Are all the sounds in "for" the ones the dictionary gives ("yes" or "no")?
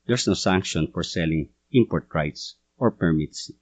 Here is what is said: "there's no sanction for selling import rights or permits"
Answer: yes